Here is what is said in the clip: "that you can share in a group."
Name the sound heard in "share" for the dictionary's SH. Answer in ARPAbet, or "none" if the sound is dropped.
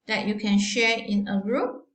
SH